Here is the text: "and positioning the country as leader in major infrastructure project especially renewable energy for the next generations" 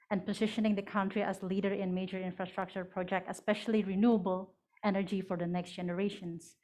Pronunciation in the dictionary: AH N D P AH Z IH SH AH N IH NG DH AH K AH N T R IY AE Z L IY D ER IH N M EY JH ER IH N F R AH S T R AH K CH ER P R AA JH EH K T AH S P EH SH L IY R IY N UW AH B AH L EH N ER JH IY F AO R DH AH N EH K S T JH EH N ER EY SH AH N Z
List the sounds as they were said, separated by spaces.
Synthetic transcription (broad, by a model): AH N P AH Z IH SH AH N IH NG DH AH K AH N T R IY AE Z L IY D ER IH N M EY JH ER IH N F R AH S T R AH K CH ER P R AA JH EH K T AH S P EH SH L IY R IY N UW AH B AH L EH N ER JH IY F AO R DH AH N EH K S T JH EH N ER EY SH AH N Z